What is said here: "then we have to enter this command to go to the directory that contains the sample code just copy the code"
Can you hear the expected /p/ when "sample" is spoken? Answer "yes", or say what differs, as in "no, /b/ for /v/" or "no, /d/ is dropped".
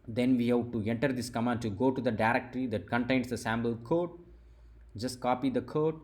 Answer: no, /b/ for /p/